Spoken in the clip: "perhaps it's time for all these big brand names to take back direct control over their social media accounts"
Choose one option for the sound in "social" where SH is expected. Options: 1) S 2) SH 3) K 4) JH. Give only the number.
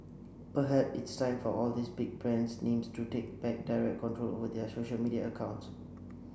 2